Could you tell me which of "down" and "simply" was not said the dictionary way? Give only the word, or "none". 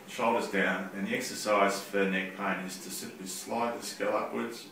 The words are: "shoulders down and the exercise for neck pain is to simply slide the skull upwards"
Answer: simply